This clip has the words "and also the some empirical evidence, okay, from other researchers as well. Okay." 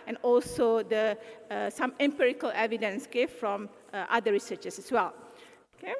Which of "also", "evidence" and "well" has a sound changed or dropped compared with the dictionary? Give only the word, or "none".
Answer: none